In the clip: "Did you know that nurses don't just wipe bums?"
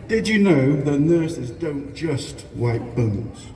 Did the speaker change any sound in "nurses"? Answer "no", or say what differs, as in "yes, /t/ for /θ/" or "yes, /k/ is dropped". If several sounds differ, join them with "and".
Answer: no